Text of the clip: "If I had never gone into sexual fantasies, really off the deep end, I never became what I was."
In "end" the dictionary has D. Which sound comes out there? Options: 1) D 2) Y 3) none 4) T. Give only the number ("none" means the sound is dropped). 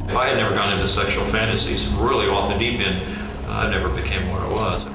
3